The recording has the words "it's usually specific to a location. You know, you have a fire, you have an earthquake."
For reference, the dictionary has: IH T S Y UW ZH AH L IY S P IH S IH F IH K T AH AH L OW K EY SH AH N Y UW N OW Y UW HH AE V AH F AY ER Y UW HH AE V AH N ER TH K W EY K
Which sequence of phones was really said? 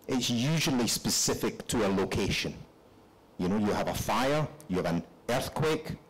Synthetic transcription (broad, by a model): IH T S Y UW ZH AH L IY S P IH S IH F IH K T AH AH L OW K EY SH AH N Y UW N OW Y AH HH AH V AH F AY ER Y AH V AH N ER TH K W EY K